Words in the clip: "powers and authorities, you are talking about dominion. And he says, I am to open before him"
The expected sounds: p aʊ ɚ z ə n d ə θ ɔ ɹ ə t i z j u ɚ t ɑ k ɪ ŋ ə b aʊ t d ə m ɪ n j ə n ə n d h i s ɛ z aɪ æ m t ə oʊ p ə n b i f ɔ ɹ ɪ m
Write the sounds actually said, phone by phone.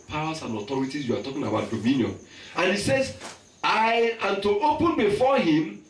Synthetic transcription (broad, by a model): p aʊ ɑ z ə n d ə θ ɔ ɹ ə t i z j u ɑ t ɑ k ɪ ŋ ə b aʊ t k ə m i n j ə n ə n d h i s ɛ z aɪ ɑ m t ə oʊ p ə n b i f ɔ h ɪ m